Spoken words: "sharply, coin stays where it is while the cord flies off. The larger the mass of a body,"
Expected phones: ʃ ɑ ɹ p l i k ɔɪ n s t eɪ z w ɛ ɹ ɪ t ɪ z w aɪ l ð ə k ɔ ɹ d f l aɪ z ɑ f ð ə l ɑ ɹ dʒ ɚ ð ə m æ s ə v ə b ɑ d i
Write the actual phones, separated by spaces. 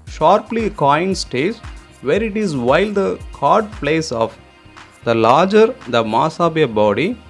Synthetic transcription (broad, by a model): ʃ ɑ ɹ p l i k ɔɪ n s t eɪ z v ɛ ɹ ɪ t ɪ z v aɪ l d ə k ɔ ɹ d p l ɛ s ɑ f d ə l ɑ ɹ dʒ ɚ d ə m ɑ s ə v ə b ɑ d i